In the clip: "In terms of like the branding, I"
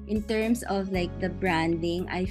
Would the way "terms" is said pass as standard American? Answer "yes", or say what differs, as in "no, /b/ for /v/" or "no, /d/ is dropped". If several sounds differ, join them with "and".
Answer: no, /s/ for /z/